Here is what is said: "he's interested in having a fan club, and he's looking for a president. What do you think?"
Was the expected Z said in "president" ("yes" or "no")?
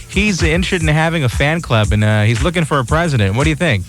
yes